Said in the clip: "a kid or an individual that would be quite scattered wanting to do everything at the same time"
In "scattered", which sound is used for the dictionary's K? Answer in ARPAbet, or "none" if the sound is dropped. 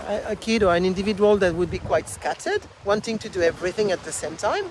K